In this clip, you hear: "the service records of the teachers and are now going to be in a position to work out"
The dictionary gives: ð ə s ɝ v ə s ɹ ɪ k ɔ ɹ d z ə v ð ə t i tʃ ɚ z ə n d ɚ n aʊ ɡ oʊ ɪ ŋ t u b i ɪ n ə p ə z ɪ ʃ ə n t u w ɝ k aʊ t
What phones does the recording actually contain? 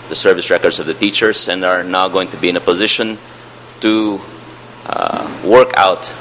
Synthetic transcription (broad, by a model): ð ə s ɝ v ə s ɹ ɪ k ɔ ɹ d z ə v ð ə t i tʃ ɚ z ə n d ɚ n aʊ ɡ oʊ ɪ ŋ t u b i ɪ n ə p ə z ɪ ʃ ə n t u w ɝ k aʊ t